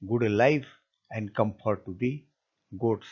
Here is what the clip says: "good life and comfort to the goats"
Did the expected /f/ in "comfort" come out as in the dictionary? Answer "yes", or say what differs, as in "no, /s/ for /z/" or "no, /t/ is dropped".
no, /p/ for /f/